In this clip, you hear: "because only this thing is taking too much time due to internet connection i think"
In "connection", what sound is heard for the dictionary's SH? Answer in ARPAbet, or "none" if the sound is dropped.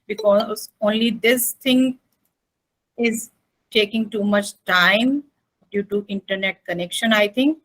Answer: SH